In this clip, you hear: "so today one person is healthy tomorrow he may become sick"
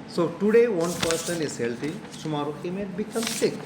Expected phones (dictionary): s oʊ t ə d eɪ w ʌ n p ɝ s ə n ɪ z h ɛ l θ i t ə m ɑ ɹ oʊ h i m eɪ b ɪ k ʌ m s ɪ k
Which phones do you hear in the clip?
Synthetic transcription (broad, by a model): s oʊ t ə d eɪ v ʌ n p ɝ s ə n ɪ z h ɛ l t i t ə m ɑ ɹ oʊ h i m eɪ b ɪ k ʌ m s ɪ k